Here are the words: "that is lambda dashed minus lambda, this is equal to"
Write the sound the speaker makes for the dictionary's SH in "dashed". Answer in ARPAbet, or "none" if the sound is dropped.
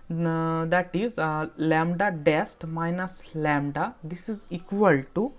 S